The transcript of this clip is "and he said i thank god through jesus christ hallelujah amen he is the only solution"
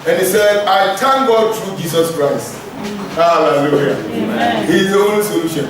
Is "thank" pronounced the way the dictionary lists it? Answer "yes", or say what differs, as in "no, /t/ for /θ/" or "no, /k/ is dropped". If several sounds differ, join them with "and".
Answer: no, /t/ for /θ/